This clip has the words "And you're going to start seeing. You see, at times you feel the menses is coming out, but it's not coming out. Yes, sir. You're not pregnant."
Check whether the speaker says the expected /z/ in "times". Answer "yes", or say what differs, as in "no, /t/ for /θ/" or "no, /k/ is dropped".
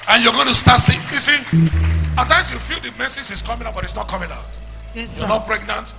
no, /s/ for /z/